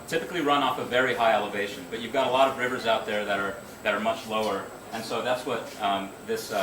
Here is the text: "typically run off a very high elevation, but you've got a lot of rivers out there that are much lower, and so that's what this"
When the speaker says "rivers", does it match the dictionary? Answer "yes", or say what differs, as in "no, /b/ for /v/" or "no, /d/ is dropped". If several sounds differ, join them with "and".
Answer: yes